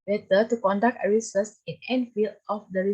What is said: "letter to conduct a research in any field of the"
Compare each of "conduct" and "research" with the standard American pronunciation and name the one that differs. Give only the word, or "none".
research